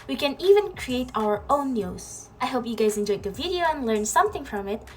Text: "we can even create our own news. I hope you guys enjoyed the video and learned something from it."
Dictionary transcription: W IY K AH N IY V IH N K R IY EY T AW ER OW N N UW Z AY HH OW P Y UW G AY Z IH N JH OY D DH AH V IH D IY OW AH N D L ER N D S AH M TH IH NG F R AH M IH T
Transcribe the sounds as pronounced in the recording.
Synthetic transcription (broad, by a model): W IY K AH N IY V IH N K R IY EY T AW ER OW N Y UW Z AY HH OW P Y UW G AY Z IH N JH OY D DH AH V IH D IY OW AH N L ER N S AH M TH IH NG F R AH M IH T